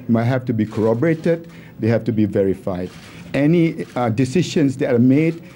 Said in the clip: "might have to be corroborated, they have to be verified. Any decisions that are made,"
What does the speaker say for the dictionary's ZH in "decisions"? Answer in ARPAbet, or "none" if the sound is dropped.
SH